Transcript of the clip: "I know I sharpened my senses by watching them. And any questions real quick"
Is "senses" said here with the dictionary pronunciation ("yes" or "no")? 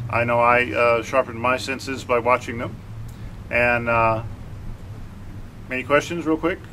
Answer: yes